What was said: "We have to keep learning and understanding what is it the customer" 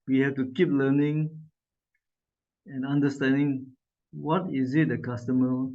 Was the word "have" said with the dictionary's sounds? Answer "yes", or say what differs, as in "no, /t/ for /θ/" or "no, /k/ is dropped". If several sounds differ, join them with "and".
no, /f/ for /v/